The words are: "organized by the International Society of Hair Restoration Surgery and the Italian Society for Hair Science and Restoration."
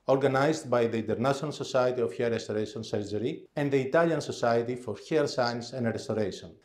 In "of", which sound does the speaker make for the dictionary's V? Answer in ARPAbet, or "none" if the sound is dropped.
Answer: F